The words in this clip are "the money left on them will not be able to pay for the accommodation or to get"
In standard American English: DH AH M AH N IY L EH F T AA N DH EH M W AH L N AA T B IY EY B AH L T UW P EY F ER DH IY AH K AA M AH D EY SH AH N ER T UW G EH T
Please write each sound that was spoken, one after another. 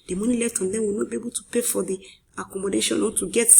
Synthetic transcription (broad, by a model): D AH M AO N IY L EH T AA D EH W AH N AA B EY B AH T UW P EY F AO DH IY AH K AA M AH D EY SH AH N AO T UW G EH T